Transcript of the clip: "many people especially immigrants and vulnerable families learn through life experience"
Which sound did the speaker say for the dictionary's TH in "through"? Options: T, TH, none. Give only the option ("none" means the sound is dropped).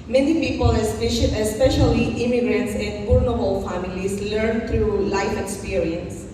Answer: T